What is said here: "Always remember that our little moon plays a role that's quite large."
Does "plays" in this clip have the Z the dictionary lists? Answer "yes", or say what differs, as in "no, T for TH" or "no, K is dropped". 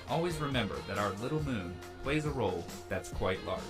yes